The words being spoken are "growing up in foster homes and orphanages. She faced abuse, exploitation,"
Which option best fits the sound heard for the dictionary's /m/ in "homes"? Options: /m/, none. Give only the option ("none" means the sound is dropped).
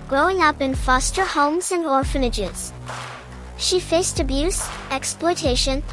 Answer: /m/